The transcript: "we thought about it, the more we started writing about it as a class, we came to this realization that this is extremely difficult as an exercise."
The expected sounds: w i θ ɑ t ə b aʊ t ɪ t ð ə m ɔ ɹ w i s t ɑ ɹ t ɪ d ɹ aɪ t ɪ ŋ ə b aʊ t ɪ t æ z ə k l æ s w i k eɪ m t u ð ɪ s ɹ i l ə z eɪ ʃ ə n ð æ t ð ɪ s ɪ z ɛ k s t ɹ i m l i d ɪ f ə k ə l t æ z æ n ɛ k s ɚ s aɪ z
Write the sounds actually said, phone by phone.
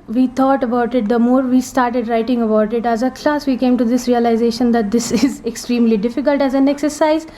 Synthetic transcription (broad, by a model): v i t ɑ t ə b aʊ t ɪ t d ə m ɔ ɹ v i s t ɑ ɹ t ɪ d ɹ aɪ t ɪ ŋ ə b aʊ t ɪ t æ z ə k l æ s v i k eɪ m t u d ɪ s ɹ i l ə z eɪ ʃ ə n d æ t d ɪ s ɪ z ɛ k s t ɹ i m l i d ɪ f ə k ə l t æ z æ n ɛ k s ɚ s aɪ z